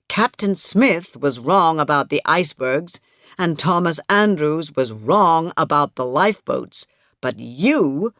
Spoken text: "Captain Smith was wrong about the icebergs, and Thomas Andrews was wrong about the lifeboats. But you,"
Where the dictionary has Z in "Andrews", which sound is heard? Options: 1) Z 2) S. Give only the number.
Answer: 1